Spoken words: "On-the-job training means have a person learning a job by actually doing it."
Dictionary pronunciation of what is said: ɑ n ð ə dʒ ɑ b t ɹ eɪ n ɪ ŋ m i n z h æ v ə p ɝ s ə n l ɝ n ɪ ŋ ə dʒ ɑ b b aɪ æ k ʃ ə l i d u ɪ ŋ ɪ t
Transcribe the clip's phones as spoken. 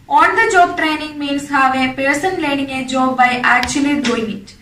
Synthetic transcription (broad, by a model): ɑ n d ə dʒ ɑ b t ɹ eɪ n ɪ ŋ m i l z h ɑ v ə p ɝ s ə n l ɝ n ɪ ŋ ə dʒ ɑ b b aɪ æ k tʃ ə l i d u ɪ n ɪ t